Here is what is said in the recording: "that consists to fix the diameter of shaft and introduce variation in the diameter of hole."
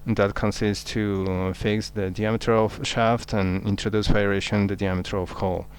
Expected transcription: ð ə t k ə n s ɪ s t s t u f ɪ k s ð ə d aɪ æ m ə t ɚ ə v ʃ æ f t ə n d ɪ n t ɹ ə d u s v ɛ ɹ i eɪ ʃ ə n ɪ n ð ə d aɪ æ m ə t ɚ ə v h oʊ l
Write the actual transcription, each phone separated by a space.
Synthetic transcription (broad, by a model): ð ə t k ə n s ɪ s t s t u f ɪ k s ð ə d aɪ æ m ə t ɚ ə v ʃ æ f t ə n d ɪ n t ɹ ə d u s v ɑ i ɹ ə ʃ ɪ n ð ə d aɪ æ m ə t ɚ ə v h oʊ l